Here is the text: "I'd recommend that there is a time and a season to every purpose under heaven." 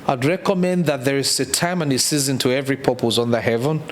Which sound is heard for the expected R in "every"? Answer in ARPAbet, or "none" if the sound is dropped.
R